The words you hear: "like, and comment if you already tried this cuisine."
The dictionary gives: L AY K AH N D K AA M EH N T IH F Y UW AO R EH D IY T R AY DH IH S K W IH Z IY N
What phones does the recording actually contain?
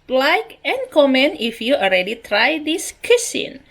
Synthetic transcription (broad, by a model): L AY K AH N K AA M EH N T IH F Y UW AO L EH D IY T R AY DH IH S K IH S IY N